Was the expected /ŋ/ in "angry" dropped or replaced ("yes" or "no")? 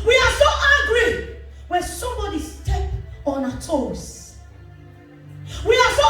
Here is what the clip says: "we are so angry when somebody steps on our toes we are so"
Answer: yes